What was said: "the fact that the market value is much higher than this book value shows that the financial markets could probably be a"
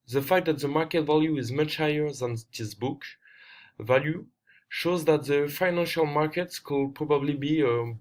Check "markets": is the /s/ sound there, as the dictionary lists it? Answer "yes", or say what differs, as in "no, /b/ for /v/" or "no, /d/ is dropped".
yes